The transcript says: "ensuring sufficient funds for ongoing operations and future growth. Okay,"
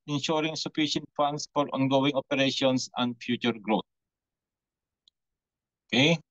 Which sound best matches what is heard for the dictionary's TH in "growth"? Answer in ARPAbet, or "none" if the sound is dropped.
T